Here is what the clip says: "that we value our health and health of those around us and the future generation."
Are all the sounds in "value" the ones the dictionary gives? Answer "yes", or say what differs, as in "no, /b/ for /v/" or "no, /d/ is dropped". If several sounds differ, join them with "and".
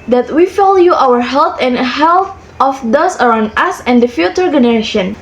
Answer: no, /f/ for /v/